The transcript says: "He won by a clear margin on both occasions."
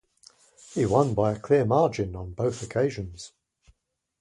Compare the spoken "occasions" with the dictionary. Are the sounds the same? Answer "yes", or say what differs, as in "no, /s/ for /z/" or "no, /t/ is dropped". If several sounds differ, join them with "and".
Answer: yes